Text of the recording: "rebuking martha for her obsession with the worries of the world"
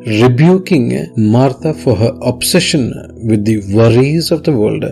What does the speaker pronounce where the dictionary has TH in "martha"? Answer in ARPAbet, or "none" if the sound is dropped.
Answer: T